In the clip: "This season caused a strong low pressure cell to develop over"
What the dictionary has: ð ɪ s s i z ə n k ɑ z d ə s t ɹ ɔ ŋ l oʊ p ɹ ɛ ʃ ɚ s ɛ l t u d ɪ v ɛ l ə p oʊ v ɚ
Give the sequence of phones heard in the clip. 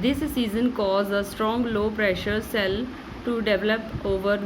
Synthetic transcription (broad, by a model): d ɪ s s i z ə n k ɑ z ə s t ɹ ɔ ŋ l oʊ p ɹ ɛ ʃ ɚ s ɛ l t u d ɪ v ɛ l ə p oʊ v ɚ